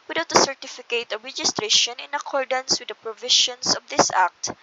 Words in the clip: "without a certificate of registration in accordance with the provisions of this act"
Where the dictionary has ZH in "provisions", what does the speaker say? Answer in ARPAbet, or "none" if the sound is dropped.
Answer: SH